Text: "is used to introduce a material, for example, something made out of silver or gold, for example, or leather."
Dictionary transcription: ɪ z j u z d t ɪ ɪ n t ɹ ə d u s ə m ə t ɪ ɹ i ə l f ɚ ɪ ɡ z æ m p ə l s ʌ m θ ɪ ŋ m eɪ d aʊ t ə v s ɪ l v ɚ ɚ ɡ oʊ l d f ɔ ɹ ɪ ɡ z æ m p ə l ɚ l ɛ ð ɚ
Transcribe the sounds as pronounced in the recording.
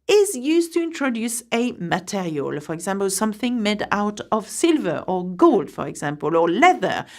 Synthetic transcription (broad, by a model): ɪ z j u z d t ɪ ɪ n t ɹ ə d u s ə m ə t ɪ ɹ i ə l f ɚ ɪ ɡ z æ m p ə l s ʌ m θ ɪ ŋ m eɪ d aʊ t ə v s ɪ l v ɚ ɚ ɡ oʊ l d f ɔ ɹ ɪ ɡ z æ m p ə l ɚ l ɛ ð ɚ